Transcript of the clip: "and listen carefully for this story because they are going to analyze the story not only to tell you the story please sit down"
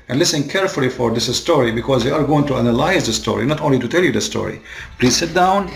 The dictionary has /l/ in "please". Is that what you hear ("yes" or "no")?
yes